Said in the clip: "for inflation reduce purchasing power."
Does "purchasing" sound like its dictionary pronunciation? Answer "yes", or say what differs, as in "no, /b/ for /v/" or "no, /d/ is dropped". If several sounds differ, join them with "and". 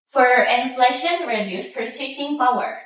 no, /s/ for /tʃ/